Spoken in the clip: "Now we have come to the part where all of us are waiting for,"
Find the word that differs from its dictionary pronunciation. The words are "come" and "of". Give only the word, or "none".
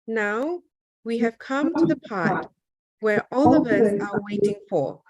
none